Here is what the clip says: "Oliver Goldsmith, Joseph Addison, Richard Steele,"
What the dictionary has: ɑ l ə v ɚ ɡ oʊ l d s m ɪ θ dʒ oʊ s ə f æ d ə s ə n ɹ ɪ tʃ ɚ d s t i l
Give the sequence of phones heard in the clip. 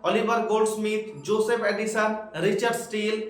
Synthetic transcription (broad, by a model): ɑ l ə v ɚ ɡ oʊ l d s m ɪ t dʒ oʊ s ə p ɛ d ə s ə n ɹ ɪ tʃ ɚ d s t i l